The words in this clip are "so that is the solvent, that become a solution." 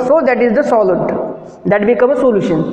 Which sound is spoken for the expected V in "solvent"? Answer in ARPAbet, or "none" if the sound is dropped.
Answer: none